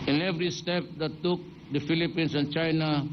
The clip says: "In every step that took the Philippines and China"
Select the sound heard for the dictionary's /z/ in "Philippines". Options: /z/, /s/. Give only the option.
/s/